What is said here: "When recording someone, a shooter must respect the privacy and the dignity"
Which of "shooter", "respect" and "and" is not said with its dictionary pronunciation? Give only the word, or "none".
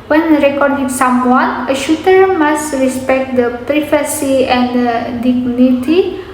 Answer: none